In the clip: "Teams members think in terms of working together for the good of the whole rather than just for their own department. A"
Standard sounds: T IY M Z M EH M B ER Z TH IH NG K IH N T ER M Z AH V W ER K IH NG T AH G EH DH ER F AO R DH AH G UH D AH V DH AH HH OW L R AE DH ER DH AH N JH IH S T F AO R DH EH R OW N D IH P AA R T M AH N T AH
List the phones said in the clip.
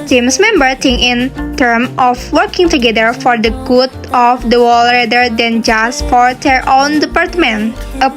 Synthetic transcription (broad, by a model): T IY M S M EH M B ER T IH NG IH N T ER M AH F W ER K IH NG T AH G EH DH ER F AO R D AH G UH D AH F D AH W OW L R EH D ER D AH N JH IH S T F AO R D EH R OW N D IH P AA R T M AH N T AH